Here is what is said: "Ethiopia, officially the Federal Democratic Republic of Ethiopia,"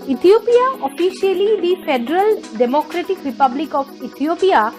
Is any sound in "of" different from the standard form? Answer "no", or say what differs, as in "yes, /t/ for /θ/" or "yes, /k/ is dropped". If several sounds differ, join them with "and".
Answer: yes, /b/ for /v/